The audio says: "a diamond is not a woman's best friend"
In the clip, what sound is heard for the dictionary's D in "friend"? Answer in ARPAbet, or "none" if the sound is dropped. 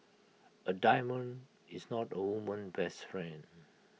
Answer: none